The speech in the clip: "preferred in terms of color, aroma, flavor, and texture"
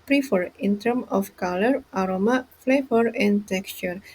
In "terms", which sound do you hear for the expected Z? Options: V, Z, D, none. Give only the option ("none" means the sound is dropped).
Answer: none